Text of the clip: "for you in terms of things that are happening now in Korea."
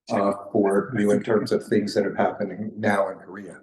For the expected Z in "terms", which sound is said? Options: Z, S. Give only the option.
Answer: Z